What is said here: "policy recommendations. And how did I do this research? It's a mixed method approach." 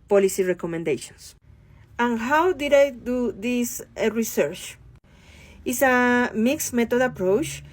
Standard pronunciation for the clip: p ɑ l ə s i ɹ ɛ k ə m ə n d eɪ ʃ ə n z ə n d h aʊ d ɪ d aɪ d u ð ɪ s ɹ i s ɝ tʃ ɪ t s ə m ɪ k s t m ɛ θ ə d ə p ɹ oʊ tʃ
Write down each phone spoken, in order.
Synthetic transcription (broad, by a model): p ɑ l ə s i ɹ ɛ k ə m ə n d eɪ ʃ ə n s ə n h aʊ d ɪ d aɪ d u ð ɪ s ɹ i s ɝ tʃ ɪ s ə m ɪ k s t m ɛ t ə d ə p ɹ oʊ tʃ